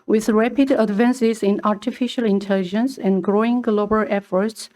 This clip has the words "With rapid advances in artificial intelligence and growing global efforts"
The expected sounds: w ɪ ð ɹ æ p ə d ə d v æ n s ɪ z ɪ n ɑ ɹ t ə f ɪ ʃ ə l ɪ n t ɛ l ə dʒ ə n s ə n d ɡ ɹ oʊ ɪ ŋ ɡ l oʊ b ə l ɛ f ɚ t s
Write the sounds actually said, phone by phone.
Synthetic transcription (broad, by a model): w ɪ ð ɹ æ p ə d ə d v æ n s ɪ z ɪ n ɑ ɹ t ə f ɪ ʃ ə l ɪ n t ɛ l ə dʒ ə n s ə n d ɡ ɹ oʊ ɪ ŋ ɡ l oʊ b ə l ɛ f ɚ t s